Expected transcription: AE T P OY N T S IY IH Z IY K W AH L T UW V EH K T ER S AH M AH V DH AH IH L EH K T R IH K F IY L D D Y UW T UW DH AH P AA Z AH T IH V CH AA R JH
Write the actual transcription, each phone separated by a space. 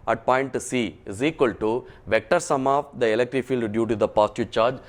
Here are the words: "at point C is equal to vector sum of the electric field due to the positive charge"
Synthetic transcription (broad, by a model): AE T P OY N T S IY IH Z IY K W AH L T UW V EH K T ER S AH M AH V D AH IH L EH K T R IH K F IY L D D Y UW T UW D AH P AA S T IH CH AA R JH